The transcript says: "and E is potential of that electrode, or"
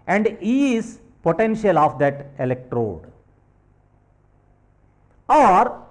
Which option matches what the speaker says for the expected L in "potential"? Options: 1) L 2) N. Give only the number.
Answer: 1